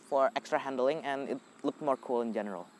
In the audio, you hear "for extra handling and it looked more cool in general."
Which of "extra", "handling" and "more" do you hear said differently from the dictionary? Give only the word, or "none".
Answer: none